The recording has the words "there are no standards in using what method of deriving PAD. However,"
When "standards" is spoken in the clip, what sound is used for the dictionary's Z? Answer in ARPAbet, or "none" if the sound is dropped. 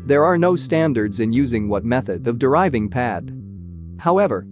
Z